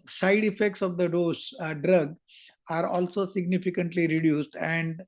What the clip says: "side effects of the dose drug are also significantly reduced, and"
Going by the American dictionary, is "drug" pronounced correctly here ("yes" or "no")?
yes